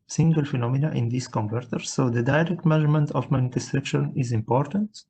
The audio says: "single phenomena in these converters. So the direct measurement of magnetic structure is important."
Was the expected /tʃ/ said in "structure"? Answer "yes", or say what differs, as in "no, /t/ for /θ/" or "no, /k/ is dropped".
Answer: no, /ʃ/ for /tʃ/